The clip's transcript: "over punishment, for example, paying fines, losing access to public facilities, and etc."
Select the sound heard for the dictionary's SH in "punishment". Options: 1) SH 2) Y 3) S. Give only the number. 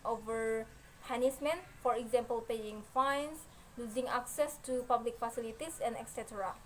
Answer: 3